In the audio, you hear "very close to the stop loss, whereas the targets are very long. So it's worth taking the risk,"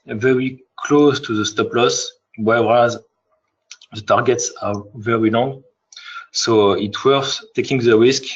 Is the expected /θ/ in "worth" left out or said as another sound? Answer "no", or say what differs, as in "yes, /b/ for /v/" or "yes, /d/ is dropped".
yes, /s/ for /θ/